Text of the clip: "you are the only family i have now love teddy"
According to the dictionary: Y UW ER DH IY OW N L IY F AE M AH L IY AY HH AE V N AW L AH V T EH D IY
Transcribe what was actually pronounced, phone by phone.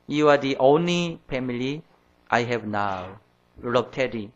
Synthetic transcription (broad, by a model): Y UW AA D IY OW N L IY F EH M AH L IY AY HH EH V N AW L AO B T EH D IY